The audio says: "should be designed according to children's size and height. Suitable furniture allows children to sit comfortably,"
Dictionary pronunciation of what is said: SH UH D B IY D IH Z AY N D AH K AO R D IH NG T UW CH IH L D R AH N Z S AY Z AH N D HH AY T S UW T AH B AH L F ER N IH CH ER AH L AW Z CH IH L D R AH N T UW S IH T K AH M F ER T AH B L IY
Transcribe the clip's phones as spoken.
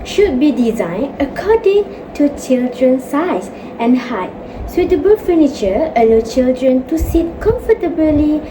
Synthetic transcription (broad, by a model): SH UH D B IY D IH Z AY N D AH K AO D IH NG T UW CH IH L D R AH N S AY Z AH N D HH AY T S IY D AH B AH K F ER N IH CH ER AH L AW CH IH L D R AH N T UW S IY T K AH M F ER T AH B L IY